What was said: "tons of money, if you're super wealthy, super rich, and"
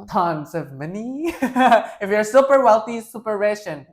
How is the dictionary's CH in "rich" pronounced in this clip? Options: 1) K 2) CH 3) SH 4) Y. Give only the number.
3